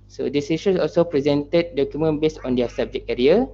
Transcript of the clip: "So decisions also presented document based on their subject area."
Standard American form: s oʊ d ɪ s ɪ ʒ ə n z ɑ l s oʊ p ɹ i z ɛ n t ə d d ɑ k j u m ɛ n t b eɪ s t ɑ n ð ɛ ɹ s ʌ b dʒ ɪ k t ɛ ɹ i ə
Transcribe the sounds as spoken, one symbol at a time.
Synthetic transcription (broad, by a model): s oʊ d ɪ s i ʃ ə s ɑ l s oʊ p ɹ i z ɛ n t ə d d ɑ k j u m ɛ n b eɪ s ɑ n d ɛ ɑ s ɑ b dʒ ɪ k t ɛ ɹ i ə